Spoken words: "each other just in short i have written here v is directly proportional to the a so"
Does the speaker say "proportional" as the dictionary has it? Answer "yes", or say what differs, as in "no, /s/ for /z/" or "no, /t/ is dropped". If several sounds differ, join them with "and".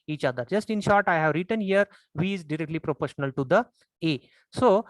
yes